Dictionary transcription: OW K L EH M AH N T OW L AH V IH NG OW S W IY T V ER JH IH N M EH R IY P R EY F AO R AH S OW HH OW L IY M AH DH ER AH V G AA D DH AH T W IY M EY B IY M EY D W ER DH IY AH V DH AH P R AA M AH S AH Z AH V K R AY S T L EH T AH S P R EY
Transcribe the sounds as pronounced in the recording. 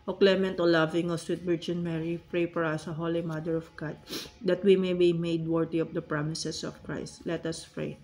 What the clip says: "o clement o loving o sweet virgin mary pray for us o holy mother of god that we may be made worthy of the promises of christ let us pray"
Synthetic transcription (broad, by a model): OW K L EH M AH N T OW L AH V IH NG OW S W IY T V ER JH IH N M EH R IY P R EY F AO R AH S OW HH OW L IY M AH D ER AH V G AA D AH T W IY M EY B IY M EY D W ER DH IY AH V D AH P R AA M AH S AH S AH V K R AY S T L EH T AH S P R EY